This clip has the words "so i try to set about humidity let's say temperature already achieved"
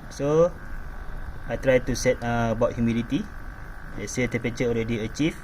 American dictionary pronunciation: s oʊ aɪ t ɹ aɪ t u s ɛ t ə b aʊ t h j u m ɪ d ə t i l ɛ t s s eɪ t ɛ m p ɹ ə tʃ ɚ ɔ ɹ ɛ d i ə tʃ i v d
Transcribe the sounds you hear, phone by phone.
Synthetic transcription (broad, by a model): s oʊ aɪ t ɹ aɪ t u s ɛ t ə b aʊ t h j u m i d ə t i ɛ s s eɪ t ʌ p ə tʃ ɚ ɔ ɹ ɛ d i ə tʃ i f